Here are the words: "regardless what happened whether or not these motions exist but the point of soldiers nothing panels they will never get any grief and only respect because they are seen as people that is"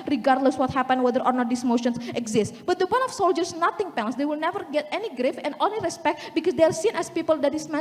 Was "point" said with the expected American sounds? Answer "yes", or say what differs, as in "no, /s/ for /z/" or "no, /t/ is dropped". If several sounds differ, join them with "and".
no, /t/ is dropped